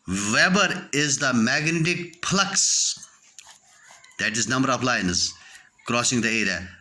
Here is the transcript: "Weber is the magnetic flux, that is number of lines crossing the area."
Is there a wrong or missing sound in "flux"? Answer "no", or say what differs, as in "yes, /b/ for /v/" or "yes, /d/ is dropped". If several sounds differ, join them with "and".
yes, /p/ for /f/